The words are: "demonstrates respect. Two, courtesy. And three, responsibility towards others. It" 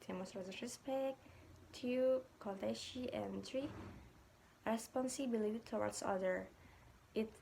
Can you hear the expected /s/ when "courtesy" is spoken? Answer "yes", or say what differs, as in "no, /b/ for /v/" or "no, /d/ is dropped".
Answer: no, /ʃ/ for /s/